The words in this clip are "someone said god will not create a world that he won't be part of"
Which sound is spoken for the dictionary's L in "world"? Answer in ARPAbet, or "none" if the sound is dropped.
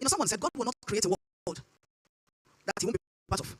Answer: none